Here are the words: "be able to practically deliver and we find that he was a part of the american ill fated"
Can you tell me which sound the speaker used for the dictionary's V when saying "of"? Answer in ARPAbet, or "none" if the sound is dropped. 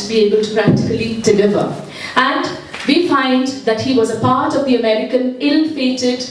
V